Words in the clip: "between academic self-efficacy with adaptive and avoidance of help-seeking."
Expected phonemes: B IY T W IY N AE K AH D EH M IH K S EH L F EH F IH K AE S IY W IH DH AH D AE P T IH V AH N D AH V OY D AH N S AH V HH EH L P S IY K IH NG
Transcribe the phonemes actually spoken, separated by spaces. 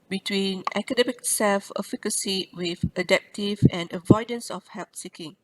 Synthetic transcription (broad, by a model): B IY T W IY N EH K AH D EH M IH K S EH L F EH F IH K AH S IY W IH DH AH D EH P T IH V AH N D AH V OY D AH N S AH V HH EH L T S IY K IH NG